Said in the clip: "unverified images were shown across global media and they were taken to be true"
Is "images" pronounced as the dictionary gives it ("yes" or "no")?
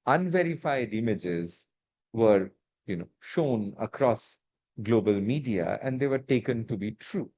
yes